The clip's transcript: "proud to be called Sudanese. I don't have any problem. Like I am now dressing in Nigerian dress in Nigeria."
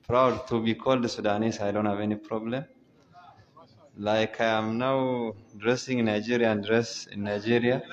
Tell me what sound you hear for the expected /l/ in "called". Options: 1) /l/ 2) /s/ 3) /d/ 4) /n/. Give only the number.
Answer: 1